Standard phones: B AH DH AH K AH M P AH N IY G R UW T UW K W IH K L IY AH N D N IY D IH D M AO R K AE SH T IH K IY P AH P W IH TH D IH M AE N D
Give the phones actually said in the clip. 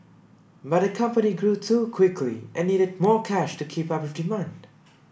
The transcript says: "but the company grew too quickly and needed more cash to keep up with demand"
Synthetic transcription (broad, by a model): B AH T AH K AH M P AH N IY G R UW T UW K W IH K L IY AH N N IY D IH D M AO R K AE SH T IH K IY P AH P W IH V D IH M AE N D